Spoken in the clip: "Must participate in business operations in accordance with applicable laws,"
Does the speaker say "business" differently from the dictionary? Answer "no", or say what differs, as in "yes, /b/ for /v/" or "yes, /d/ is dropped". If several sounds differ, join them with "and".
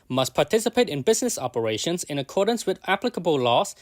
no